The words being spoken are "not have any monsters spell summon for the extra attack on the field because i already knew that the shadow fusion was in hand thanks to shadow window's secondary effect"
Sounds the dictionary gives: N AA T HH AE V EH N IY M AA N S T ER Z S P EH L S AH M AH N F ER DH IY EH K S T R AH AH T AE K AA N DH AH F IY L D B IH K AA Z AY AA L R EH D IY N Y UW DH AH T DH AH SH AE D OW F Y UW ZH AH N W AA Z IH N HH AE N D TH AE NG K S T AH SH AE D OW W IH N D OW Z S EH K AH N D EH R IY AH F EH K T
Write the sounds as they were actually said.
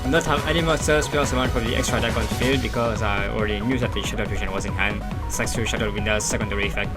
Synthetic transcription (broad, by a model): N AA T HH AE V EH N IY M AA S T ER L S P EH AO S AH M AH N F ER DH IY EH K S T R AH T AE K AA N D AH F IY L D B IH K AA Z AY AA L R EH D IY N Y UW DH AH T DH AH SH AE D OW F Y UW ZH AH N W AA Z IH N HH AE N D S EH K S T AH SH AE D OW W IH N D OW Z S EH K AH N D EH R IY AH F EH K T